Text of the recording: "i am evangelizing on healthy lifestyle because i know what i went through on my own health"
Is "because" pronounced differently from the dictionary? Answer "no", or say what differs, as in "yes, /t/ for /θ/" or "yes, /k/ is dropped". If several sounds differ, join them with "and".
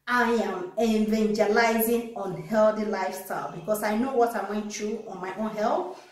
yes, /s/ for /z/